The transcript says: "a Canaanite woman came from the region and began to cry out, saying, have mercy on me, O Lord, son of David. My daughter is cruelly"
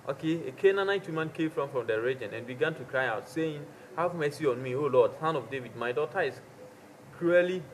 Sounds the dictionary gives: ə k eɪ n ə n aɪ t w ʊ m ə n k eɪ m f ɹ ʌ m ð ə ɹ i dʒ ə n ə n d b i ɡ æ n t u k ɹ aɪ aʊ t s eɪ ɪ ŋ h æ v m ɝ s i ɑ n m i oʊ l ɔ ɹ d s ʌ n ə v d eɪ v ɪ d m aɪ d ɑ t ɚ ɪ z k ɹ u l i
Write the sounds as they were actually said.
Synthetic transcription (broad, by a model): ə k eɪ n ə n aɪ t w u m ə n k eɪ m f ɹ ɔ m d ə ɹ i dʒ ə n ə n b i ɡ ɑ n t u k ɹ aɪ aʊ t s eɪ ɪ ŋ h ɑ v m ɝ s i ɑ n m i oʊ l ɔ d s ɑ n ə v d eɪ v ɪ d m aɪ d ɑ t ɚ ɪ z k ɹ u l i